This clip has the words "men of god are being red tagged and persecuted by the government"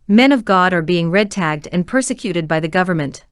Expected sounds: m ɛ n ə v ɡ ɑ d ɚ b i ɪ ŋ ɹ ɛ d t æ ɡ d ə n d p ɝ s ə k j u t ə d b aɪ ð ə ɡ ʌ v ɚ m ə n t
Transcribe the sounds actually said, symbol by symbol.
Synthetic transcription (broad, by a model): m ɛ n ə v ɡ ɑ d ɚ b i ɪ ŋ ɹ ɛ d t æ ɡ d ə n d p ɝ s ə k j u t ə d b aɪ ð ə ɡ ʌ v ɚ m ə n t